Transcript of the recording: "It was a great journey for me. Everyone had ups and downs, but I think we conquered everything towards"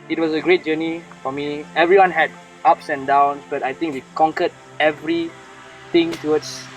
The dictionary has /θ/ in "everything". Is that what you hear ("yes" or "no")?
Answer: no